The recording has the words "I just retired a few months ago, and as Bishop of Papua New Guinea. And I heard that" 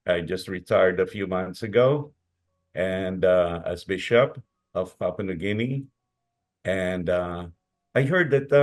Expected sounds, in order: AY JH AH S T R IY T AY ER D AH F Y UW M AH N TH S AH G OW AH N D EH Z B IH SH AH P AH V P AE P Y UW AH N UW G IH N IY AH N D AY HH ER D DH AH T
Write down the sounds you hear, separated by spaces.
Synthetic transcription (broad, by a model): AY JH AH S T R IY T AY ER D AH F Y UW M AH N TH S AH G OW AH N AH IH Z B IH SH AH P AH V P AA P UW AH N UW G IH N IY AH N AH AY HH ER D DH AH T